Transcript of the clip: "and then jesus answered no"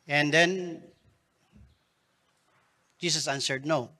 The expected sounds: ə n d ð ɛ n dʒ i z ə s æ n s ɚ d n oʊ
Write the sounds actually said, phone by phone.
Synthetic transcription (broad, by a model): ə n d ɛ n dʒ i s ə s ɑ n s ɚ d n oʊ